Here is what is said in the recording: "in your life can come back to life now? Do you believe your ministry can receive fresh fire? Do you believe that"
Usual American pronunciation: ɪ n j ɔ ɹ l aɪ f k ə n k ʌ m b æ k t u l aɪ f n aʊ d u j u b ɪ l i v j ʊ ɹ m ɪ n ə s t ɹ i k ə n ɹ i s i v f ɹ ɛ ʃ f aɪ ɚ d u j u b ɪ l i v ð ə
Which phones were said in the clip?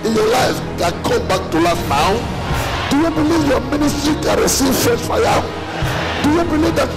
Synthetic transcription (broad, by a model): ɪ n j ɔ l aɪ f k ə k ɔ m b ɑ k t u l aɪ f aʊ d u j u b ɪ l i v j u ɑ m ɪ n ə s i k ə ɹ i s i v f ɛ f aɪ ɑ d u j u b ɪ l i v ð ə